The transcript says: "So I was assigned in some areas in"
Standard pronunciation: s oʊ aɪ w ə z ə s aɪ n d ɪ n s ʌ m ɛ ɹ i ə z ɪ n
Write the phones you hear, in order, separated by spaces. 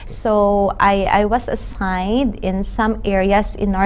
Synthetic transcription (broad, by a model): s oʊ aɪ w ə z ə s aɪ n d ɪ n s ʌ m ɛ ɹ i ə s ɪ n